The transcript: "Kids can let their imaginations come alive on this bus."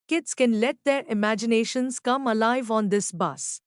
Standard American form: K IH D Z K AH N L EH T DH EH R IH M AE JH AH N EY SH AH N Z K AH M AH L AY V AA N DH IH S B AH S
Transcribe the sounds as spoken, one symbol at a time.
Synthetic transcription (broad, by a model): K IH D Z K AH N L EH T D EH R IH M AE JH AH N EY SH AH N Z K AH M AH L AY V AA N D IH S B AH S